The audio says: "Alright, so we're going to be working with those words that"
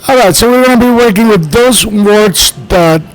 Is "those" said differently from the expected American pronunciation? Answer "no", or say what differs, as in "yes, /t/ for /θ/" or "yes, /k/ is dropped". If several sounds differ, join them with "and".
no